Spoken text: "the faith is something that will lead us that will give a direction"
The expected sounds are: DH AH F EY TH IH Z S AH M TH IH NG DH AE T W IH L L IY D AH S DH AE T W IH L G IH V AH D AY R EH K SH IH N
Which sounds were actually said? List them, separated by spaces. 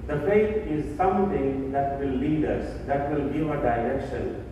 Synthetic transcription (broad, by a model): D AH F EY T IH Z S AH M T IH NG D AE T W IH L L IY D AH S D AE T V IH L G IH V AH D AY R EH K SH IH N